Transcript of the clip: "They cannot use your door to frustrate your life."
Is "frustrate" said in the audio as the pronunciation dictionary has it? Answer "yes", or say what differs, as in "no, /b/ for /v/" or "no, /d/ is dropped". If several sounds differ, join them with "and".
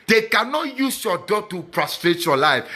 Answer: no, /p/ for /f/